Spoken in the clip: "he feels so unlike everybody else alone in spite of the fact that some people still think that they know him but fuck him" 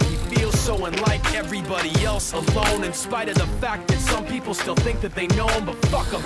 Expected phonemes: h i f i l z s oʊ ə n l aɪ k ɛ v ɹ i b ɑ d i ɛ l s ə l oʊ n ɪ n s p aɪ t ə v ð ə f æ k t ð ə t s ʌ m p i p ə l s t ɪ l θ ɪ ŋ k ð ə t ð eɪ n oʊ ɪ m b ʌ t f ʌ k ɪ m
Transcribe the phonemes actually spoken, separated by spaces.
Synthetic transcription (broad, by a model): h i f i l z s oʊ ə n l aɪ k ɛ v ɹ i b ɑ d i ɛ l s ə l oʊ n ɪ n s p aɪ t ə v ð ə f æ k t ð ə t s ʌ m p i p l s t ɪ l θ ɪ ŋ k ð ə t ð eɪ n oʊ ɪ m b ʌ t f ʌ k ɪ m